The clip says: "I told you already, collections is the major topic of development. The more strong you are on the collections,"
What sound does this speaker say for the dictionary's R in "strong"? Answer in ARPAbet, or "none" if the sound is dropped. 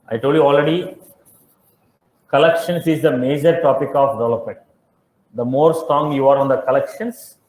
none